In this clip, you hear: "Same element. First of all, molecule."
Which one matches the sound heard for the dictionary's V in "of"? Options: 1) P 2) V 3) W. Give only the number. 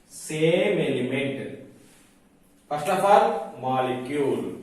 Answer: 1